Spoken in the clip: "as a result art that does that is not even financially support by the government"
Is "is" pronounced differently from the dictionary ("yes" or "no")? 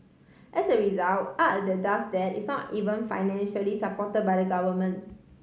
yes